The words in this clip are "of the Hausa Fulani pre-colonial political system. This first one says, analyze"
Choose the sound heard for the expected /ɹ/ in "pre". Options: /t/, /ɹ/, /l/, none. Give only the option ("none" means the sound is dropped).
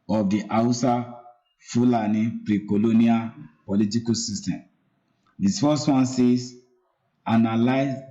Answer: /ɹ/